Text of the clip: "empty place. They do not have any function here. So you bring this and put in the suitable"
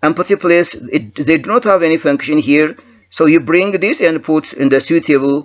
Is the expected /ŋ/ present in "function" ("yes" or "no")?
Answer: yes